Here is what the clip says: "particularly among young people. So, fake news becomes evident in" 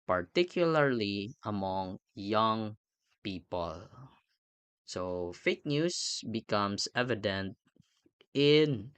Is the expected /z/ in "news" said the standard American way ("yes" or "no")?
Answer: no